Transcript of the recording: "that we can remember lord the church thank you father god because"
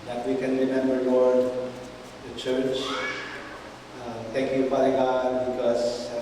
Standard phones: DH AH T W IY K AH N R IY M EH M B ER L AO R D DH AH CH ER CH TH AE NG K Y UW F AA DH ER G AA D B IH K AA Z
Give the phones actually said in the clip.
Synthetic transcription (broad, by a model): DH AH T W IY K AH N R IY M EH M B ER W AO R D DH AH CH ER CH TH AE NG K Y UW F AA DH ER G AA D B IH K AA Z